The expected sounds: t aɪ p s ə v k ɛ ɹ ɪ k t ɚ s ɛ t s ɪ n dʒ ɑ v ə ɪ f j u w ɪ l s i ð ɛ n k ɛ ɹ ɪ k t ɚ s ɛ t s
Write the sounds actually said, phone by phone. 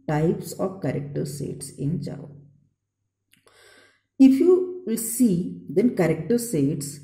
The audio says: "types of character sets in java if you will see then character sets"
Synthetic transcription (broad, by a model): t aɪ p s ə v k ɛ ɹ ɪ k t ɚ s ɛ t s ɪ n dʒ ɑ ə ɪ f j u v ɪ l s i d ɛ n k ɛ ɹ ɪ k t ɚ s ɛ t s